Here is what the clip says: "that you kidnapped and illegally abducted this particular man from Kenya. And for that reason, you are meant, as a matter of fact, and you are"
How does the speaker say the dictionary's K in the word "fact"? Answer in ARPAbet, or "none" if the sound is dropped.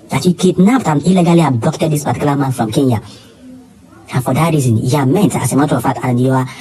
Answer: none